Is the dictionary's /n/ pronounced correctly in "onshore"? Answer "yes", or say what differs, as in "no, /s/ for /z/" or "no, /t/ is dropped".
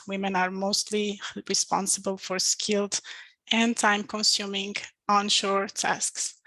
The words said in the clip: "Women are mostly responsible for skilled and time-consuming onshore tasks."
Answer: yes